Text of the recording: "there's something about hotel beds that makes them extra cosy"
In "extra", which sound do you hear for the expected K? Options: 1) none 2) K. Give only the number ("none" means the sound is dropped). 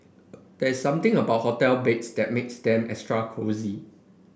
1